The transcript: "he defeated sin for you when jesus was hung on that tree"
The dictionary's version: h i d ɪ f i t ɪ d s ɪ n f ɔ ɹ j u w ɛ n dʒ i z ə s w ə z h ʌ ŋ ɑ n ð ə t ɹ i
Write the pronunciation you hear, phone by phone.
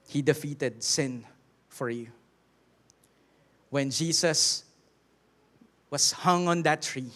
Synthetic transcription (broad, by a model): h i d ɪ f i t ɪ d s ɪ n f ɔ ɹ j u w ɛ n dʒ i s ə s w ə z h ʌ ŋ ɑ n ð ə t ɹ i